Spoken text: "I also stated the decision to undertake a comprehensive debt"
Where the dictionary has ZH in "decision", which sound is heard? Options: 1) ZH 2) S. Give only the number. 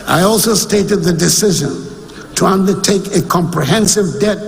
1